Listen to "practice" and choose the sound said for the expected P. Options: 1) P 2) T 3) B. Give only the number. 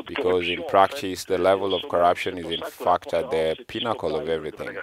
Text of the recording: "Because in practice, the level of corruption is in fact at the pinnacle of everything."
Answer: 1